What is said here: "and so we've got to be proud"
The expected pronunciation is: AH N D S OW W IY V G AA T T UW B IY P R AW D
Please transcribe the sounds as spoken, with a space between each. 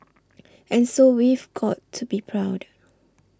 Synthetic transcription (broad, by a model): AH N S OW W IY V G AA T T UW B IY P R AW D